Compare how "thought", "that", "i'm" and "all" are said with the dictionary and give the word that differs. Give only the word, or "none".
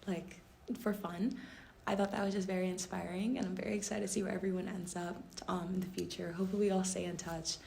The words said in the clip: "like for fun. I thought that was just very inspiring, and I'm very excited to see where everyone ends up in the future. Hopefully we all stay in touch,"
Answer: none